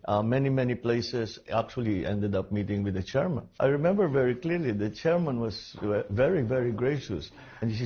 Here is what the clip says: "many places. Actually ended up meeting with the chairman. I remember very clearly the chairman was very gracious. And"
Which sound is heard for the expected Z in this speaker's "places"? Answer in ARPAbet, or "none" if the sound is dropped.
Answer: S